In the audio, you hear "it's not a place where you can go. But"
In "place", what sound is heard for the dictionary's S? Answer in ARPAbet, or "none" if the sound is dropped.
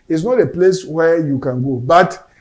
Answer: S